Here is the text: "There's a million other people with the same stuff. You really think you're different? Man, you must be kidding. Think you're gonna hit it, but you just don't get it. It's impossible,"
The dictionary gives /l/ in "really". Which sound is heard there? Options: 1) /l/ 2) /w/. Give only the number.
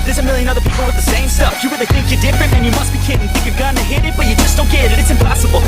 2